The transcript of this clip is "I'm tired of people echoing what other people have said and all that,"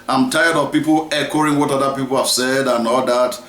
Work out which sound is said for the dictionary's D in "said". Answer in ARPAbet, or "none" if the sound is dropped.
D